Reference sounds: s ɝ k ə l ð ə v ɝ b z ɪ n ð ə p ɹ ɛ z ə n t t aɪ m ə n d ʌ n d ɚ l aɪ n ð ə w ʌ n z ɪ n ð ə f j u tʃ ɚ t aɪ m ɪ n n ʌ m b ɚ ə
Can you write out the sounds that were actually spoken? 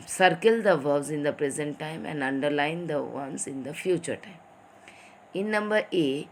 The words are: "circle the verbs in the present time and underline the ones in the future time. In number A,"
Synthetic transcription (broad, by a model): s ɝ k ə l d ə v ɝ z ɪ n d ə p ɹ ɛ z ə n t t aɪ m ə n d ʌ n d ɚ l aɪ n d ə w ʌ n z ɪ n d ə f j u tʃ ɚ t aɪ m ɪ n n ʌ m b ɚ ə